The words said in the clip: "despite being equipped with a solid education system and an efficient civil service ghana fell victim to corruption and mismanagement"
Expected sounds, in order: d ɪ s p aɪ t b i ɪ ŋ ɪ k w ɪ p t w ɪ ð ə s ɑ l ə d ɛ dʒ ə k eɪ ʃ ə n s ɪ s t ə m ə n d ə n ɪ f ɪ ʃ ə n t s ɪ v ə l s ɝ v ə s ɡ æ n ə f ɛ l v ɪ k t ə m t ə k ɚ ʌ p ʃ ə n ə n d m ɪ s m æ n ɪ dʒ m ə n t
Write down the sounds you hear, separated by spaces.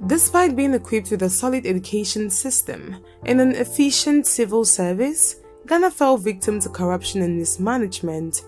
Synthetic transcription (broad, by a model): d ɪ s p aɪ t b i ɪ ŋ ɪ k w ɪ p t w ɪ ð ə s ɑ l ə d ɛ dʒ ə k eɪ ʃ ə n s ɪ s t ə m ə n ə n ɪ f ɪ ʃ ə n t s ɪ v ə l s ɝ v ə s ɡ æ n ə f ɛ l v ɪ k t ə m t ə k ɚ ʌ p ʃ ə n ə n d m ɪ s m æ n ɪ dʒ m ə n t